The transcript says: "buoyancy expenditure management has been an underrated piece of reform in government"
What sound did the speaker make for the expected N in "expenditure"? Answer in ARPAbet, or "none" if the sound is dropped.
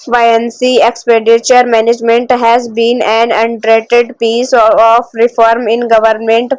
none